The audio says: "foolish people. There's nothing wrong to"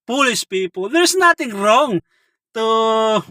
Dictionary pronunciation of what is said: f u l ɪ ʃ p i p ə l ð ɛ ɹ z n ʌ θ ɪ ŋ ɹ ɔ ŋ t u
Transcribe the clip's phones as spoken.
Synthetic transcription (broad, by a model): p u l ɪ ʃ p i p ə l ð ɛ ɹ s n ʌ t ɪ ŋ ɹ ɔ ŋ t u